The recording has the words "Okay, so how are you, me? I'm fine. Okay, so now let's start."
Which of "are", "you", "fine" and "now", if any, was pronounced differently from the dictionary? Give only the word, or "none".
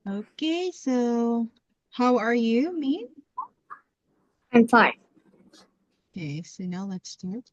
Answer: fine